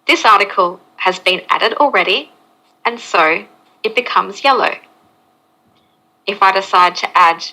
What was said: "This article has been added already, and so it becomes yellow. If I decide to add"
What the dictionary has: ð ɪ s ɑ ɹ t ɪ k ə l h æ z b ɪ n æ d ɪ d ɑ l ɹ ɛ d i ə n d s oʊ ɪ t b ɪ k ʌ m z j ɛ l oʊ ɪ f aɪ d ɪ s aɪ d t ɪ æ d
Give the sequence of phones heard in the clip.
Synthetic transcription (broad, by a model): ð ɪ s ɑ ɹ t ɪ k ə l h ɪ z b ɪ n æ d ɪ d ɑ l ɹ ɛ d i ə n s oʊ ɪ t b ɪ k ʌ m z j ɛ l oʊ ɪ f aɪ d ɪ s aɪ d t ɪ æ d